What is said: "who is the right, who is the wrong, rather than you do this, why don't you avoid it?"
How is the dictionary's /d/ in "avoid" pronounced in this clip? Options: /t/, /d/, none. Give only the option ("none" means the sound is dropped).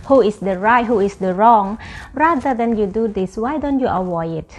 none